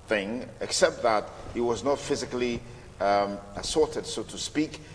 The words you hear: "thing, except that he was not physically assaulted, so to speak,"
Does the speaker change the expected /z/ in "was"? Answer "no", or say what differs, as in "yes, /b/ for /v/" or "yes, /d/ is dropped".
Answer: no